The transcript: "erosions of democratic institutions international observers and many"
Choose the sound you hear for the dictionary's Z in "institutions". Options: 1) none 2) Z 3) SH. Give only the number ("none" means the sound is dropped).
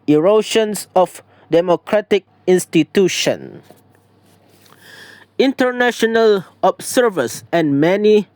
1